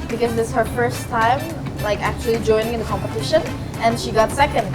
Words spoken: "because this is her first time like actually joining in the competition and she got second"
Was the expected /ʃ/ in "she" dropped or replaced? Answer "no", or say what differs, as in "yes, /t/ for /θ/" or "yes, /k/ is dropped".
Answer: no